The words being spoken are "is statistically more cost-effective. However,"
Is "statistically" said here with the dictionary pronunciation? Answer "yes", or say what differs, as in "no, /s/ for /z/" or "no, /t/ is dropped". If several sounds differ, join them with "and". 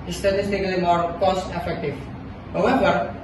yes